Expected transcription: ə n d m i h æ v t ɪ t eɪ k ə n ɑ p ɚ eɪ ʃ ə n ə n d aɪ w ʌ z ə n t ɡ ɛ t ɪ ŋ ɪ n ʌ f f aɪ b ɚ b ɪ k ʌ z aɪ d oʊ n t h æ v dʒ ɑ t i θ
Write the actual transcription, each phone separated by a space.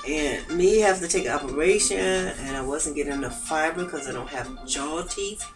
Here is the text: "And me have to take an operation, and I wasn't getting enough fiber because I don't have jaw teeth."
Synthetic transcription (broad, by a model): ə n m i h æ f t ɪ t eɪ ə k ɑ p ɚ eɪ ʃ ə n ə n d aɪ w ʌ z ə n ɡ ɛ t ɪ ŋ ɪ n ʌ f f aɪ b ɚ k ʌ z aɪ d oʊ n t h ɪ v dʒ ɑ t i